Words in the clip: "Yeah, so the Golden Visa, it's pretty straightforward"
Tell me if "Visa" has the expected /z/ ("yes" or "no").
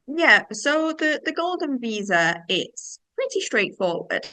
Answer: yes